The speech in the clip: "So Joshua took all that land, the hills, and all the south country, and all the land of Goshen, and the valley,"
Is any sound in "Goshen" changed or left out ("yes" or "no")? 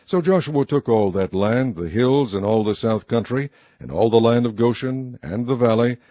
no